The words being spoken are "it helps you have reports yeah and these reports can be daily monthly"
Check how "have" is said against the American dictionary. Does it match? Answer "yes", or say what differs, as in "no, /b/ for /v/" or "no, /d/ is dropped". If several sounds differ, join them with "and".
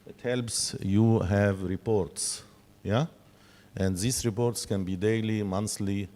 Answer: yes